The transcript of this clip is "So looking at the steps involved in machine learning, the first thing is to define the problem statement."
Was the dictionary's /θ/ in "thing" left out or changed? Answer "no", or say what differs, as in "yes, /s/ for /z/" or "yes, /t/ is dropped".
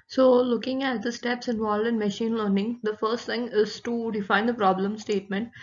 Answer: yes, /t/ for /θ/